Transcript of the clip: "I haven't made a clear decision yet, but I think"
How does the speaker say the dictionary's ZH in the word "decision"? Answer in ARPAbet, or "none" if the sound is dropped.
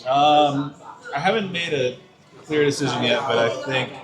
ZH